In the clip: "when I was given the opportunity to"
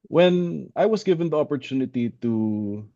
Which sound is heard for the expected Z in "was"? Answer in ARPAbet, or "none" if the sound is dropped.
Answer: S